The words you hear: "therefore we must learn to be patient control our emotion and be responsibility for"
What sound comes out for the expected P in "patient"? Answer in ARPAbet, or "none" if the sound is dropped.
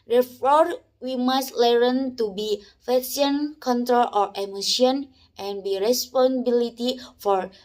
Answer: F